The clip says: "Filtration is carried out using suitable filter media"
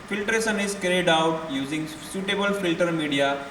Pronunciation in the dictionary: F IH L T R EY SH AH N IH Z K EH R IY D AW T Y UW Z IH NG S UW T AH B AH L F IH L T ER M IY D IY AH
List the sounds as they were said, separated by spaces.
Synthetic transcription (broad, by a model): F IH L T R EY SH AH N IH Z K EH R IY D AW T Y UW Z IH NG S UW T AH B AH L F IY L T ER M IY D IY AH